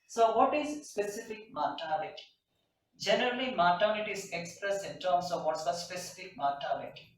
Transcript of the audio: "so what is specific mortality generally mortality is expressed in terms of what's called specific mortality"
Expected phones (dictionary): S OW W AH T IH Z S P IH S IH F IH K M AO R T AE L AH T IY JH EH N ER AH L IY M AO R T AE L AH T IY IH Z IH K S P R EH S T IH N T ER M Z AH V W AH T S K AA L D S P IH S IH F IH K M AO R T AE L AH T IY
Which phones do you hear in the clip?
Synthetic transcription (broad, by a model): S OW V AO T IH Z S P IH S IH F IH K M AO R T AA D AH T JH EH N ER AH L IY M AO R T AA N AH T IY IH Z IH K S P R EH S IH N T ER M S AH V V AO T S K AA S P IH S IH F IH K M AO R T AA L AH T